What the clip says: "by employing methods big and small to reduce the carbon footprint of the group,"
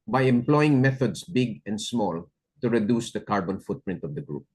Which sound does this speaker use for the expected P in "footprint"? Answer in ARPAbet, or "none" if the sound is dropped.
P